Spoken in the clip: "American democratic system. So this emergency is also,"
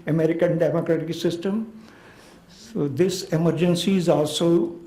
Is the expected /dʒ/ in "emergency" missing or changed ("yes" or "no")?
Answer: no